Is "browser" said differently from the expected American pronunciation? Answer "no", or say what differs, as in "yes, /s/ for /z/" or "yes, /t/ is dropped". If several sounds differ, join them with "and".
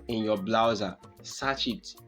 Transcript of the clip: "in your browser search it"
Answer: yes, /l/ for /ɹ/